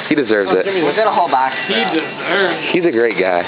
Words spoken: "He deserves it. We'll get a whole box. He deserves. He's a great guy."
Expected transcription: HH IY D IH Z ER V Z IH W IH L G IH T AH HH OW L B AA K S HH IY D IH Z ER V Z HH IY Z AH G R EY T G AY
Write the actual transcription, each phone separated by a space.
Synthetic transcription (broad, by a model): HH IY D IH Z ER V Z IH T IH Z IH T AH HH OW L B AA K HH IY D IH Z ER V HH IY Z AH G R EY T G AY